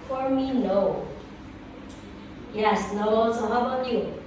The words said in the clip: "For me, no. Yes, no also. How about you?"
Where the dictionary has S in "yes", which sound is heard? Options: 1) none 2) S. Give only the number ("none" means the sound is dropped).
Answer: 2